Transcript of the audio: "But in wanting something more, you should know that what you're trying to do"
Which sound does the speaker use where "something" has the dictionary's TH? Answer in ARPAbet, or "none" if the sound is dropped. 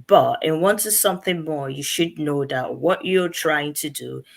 TH